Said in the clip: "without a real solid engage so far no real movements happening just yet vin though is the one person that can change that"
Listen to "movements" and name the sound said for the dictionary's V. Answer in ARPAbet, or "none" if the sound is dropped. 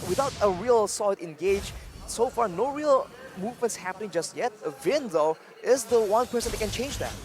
V